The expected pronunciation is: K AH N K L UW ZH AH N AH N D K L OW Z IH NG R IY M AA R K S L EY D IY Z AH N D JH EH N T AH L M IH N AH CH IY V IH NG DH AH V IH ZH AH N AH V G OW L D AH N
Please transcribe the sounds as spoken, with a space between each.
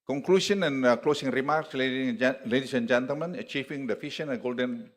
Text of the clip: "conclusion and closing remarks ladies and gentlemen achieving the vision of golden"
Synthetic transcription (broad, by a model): K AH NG K L UW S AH N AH N K L OW S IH NG R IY M AA R K S L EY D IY S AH N JH EH N T AH L M IH N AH CH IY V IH NG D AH F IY SH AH N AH G OW L D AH N